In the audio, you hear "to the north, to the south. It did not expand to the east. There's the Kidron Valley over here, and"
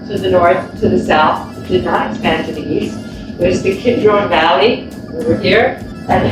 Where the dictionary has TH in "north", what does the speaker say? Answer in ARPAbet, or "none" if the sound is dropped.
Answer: TH